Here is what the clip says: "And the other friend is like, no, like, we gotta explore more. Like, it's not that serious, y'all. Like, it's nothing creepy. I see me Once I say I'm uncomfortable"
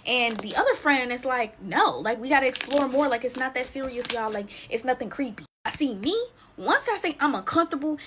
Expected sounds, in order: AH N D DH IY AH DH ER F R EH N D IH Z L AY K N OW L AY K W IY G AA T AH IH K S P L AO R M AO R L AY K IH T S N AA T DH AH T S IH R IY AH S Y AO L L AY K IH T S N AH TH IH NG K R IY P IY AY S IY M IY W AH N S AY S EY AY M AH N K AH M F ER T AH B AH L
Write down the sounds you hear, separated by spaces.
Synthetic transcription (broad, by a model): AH N DH IY AH DH ER F R EH N D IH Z L AY K N OW L AY K W IY G AA T AH IH K S P L AO R M AO R L AY K IH T S N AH T DH AH T S IH R IY AH S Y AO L L AY K IH T S N AH TH IH NG K R IY P IY AY S IY M IY W AH N S AY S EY AY M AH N K AH M F T AH B L